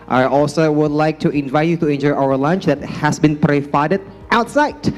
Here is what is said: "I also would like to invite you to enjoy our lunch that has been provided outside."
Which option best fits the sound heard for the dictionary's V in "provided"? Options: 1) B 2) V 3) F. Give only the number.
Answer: 3